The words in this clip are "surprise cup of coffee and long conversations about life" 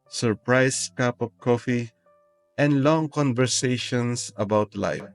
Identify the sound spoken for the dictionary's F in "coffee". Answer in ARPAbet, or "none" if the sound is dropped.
F